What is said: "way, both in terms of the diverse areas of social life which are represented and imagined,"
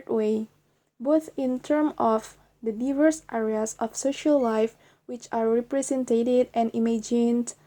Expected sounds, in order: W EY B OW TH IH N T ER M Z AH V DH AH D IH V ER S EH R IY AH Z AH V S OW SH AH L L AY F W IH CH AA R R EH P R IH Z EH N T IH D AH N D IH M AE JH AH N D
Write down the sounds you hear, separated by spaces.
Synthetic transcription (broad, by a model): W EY B OW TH IH N T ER M AH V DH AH D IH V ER S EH R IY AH S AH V S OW SH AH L L AY F W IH CH AA R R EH P R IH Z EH N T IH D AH N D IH M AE JH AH N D